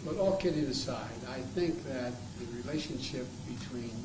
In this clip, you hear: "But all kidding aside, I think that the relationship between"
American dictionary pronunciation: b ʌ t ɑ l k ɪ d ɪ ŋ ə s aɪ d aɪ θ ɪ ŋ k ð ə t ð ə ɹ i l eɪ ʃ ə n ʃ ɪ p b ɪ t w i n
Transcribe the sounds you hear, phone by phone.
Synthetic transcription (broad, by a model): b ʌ t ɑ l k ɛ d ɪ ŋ ə s aɪ d aɪ θ ɪ ŋ k ð ə t ð ə ɹ i l eɪ ʃ ə n ʃ ɪ p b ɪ t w i n